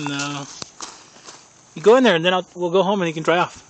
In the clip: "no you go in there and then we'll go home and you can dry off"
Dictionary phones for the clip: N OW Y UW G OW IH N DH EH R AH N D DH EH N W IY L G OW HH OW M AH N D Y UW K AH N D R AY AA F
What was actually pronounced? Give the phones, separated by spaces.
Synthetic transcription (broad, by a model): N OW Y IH G OW IH N DH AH R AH N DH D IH L W IY L G OW HH OW M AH N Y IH K N D R AY AA F